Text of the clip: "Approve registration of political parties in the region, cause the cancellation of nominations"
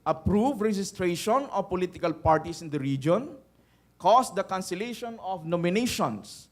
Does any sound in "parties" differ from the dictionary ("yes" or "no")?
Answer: yes